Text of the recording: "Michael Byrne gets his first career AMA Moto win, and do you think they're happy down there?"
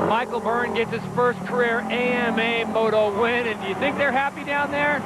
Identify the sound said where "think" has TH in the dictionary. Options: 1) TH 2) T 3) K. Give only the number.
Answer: 1